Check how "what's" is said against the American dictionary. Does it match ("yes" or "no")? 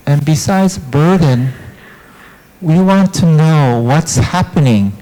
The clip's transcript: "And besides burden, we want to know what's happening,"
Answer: yes